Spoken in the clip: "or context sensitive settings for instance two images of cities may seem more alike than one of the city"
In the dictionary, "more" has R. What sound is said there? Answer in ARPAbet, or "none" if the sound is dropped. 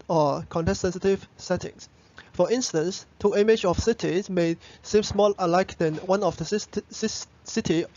L